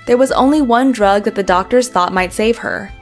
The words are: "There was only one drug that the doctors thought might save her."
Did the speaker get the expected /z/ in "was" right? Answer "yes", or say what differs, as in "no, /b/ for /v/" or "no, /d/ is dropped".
yes